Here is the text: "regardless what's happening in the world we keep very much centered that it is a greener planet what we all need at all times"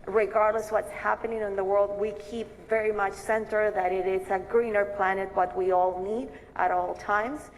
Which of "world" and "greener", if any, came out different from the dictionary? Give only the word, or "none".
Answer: none